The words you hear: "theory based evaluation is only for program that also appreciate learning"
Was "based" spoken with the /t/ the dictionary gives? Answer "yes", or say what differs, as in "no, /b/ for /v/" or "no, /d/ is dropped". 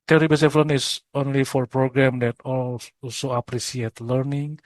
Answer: no, /t/ is dropped